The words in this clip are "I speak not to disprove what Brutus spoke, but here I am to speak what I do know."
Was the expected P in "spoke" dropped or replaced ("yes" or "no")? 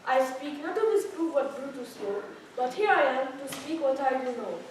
yes